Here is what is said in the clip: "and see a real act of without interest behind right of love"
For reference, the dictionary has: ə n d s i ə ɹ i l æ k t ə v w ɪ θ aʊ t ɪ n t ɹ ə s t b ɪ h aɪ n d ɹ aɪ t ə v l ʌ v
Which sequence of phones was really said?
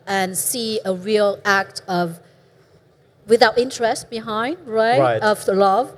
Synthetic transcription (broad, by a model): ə n s i ə ɹ i l æ k t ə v w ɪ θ aʊ t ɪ n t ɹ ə s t b ɪ h aɪ n d ɹ aɪ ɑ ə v l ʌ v